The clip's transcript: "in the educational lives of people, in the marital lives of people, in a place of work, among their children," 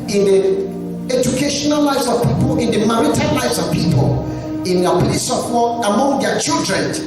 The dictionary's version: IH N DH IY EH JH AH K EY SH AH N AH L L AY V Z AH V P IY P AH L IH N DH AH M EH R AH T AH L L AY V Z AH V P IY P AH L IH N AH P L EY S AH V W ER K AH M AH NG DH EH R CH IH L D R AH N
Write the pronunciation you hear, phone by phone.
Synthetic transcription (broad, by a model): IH N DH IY EH JH AH K EY SH AH N AH L L AY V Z AH V P IY P AH L IH N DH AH M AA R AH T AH N L AY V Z AH V P IY P AH L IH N AH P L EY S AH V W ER AH M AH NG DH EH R CH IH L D R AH N